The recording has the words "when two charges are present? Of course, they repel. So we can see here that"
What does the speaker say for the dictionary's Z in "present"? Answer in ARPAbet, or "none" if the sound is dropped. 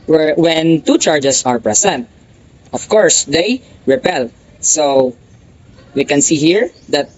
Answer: S